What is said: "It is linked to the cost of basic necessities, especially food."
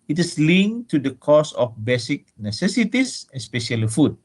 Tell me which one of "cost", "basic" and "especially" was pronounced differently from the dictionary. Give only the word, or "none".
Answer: cost